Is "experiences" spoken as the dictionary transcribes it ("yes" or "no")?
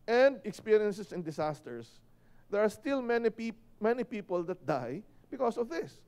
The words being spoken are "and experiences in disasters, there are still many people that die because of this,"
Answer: no